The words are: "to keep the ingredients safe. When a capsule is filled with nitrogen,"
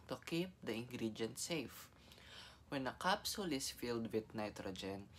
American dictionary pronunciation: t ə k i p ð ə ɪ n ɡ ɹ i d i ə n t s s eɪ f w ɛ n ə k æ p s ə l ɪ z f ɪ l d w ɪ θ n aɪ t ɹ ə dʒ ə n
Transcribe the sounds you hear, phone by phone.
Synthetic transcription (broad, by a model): t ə k i p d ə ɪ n ɡ ɹ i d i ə n t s s eɪ f w ɛ n ə k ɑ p s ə l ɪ s f ɪ l d w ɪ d n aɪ t ɹ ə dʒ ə n